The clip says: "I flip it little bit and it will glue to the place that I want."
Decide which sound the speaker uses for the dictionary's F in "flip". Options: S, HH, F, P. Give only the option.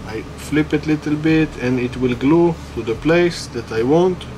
F